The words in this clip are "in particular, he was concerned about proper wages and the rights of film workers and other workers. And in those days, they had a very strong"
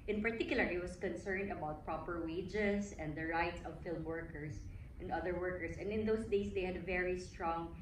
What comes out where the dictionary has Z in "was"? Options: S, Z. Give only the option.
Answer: S